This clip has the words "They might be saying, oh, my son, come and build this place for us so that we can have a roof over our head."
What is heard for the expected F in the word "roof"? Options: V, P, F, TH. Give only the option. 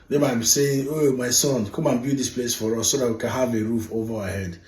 F